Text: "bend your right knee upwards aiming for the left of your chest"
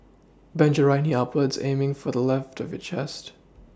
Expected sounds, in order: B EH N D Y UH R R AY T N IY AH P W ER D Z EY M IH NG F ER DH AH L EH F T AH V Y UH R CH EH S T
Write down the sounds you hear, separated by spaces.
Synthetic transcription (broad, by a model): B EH N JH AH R R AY N IY AH P W ER D Z EY M IH NG F ER DH AH L EH F T AH V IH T CH EH S T